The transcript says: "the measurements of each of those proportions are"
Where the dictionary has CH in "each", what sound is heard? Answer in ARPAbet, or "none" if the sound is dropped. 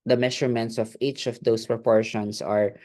CH